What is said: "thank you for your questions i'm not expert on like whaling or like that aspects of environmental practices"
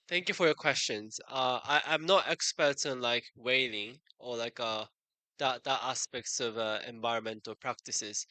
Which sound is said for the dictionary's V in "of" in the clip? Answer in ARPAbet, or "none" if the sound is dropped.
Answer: V